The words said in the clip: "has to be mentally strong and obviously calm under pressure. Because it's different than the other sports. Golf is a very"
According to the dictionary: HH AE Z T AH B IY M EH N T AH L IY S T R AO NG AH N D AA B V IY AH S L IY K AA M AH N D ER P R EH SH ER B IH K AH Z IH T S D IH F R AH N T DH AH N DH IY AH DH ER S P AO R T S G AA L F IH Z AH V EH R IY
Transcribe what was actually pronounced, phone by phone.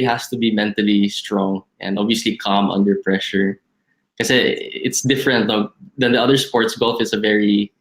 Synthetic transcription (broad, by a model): HH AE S T AH B IY M EH N T AH L IY S T R AO NG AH N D AA B V IY AH S L IY K AA M AH N D ER P R EH SH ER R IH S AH IH T S D IH F R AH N T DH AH N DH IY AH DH ER S P AO R T S G AA L F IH S AH V EH R IY